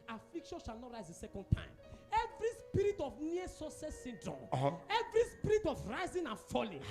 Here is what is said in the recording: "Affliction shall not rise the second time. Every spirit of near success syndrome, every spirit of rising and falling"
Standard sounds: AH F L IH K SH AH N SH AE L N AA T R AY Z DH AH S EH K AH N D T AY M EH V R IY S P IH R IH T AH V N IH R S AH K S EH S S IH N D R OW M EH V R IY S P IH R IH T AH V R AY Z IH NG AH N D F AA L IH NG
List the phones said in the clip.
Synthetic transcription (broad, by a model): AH F L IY K SH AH N SH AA L N AA T R AY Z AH S EH K AH N D T AY M EH V R IY S P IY R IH T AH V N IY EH S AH S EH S S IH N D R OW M EH V R IY S P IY R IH T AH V R AY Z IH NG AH N F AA L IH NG